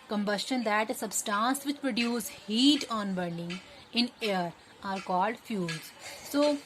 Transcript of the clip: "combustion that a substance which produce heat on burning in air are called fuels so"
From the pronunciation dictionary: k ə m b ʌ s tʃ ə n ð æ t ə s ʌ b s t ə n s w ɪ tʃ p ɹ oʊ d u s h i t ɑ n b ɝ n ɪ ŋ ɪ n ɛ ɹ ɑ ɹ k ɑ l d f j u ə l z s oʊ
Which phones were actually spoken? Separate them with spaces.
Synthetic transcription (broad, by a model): k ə m b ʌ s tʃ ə n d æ t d s ʌ b s t ə n s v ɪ tʃ p ɹ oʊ d u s h i t ɑ n b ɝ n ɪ ŋ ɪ n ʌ ɹ ɑ ɹ k ɑ l d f j u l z s oʊ